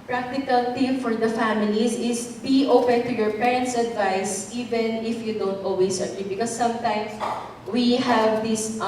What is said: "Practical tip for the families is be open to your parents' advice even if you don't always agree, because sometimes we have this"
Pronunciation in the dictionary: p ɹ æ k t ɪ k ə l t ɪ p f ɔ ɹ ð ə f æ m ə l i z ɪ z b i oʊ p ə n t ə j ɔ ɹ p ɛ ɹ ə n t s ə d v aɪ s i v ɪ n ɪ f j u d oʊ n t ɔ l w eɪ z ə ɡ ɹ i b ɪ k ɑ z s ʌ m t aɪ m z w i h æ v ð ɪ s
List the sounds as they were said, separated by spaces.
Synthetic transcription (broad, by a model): p ɹ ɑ k t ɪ k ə l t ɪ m f ɔ ɹ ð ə f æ m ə l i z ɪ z b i oʊ p ə n t ə j ɔ ɹ p ɛ ɹ ə n t s ə d v aɪ s i v ɪ n ɪ f j u d oʊ n t ɔ l w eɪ s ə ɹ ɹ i b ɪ k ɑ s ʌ m t aɪ m s w i h æ v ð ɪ s